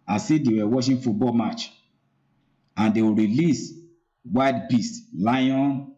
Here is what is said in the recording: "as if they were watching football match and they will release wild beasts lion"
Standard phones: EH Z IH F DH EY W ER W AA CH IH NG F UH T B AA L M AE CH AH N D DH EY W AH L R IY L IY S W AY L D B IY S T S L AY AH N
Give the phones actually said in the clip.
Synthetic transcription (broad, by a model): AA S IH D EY W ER W AA SH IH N F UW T B AA L M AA CH AH N D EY W R IY L IY S W AY D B IY S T L AY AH N